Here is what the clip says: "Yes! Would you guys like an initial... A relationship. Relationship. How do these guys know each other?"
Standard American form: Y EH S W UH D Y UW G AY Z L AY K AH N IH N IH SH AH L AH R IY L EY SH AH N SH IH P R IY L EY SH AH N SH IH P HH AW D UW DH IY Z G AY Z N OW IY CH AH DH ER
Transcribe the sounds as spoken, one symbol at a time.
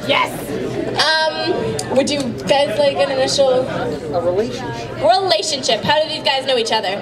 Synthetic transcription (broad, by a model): Y EH S W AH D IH G AY Z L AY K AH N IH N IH SH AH AH R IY L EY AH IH F R IY L EY SH AH N SH IH P HH AW D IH DH IY Z G AY Z N OW IY CH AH DH ER